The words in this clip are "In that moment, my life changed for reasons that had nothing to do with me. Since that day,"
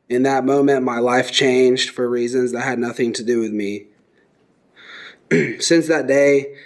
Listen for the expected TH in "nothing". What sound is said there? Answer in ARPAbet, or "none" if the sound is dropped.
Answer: TH